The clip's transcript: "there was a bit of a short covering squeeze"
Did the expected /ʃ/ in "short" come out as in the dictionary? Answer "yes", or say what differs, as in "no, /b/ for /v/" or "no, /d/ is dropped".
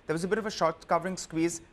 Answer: yes